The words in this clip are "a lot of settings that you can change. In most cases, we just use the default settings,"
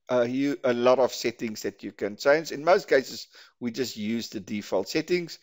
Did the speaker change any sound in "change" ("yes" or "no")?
yes